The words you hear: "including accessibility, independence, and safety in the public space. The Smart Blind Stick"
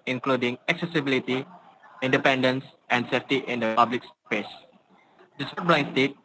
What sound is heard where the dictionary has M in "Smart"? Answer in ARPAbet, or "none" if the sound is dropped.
none